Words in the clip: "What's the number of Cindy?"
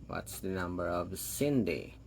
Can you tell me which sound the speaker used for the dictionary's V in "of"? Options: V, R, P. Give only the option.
V